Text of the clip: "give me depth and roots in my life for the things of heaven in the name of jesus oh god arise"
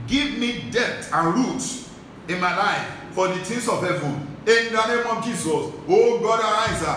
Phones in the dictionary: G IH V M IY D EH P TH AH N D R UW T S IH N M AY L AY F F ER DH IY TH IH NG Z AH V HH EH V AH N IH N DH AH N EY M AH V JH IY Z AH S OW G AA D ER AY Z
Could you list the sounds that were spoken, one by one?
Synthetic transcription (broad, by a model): G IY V M IY D EH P T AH N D R UW T IH N M AY L AY F F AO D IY T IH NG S AH V HH EH V AH N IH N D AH N EY M AH V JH IY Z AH S OW G AA D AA AY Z